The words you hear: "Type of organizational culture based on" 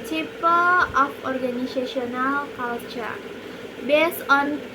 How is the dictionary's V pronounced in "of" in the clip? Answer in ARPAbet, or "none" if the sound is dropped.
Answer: P